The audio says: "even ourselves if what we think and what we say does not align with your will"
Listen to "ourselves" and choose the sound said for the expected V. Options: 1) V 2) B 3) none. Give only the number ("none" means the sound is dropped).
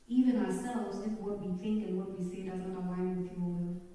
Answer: 3